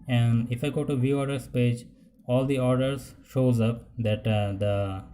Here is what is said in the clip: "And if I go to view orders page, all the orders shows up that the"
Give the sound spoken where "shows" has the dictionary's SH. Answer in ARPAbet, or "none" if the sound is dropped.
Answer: SH